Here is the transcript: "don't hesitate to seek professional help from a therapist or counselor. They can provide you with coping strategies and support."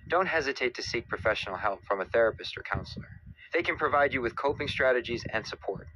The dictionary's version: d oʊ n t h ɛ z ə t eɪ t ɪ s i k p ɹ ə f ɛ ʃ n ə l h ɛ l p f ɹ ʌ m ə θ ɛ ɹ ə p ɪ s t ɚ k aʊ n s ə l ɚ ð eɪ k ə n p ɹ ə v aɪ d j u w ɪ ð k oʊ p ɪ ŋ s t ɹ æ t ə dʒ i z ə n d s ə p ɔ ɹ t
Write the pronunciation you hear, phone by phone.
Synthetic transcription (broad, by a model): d oʊ n t h ɛ z ə t eɪ t ɪ s i k p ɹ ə f ɛ ʃ n l h ɛ l p f ɹ ʌ m ə θ ɛ ɹ ə p ɪ s t ɚ k aʊ n s l ɚ ð eɪ k ə n p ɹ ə v aɪ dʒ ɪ w ɪ ð k oʊ p ɪ ŋ s t ɹ æ t ə dʒ i z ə n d s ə p ɔ ɹ t